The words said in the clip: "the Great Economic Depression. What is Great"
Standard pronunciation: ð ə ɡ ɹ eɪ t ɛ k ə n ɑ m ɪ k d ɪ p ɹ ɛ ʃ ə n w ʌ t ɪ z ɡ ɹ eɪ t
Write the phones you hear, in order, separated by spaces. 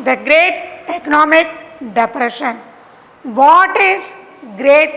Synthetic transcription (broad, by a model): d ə ɡ ɹ eɪ t ɛ k ə n ɑ m ɪ k d ɪ p ɹ ɛ ʃ ə n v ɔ t ɪ z ɡ ɹ eɪ t